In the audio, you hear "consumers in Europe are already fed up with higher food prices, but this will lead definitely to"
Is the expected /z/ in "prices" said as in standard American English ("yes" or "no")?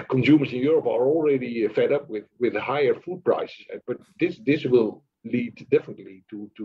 no